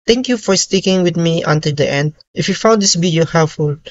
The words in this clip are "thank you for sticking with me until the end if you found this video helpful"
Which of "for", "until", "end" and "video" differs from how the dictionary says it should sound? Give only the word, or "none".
video